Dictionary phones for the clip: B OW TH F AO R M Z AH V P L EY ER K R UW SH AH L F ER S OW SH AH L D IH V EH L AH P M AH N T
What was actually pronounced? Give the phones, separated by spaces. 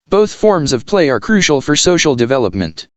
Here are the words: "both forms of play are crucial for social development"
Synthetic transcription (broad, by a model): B OW TH F AO R M Z AH V P L EY ER K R UW SH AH L F ER S OW SH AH L D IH V EH L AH P M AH N T